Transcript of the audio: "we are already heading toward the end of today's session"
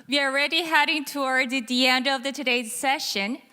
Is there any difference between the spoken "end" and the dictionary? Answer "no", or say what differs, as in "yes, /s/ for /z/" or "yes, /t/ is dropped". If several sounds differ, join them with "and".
no